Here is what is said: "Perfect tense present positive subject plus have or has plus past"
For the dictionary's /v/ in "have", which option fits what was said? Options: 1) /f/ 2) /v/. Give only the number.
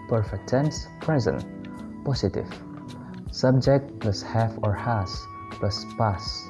1